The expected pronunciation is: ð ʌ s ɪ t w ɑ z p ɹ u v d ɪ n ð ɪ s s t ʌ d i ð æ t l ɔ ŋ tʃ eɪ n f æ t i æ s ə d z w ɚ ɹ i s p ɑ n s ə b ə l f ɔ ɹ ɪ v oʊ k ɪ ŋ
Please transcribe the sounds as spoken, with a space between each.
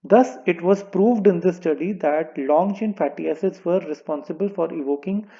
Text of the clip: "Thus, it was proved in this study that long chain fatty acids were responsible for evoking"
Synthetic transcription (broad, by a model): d ʌ s ɪ t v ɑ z p ɹ u v d ɪ n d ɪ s s t ʌ d i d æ t l ɔ ŋ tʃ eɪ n f æ t i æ s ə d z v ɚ ɹ i s p ɑ n s ə b ə l f ɔ ɹ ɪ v oʊ k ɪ ŋ